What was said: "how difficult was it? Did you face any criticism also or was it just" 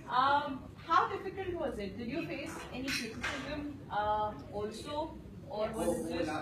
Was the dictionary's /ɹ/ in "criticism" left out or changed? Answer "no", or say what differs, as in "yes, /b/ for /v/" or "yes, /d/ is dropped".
yes, /ɹ/ is dropped